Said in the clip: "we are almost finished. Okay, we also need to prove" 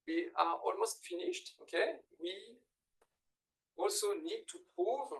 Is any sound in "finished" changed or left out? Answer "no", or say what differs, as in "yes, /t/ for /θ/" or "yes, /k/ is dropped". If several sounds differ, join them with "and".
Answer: no